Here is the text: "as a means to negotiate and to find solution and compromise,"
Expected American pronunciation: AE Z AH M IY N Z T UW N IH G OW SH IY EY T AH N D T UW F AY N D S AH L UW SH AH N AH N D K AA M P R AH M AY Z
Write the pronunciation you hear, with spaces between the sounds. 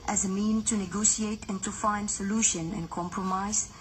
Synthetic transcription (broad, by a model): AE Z AH M IY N T UW N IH G OW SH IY EY T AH N T UW F AY N D S AH L UW SH AH N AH N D K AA M P R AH M AY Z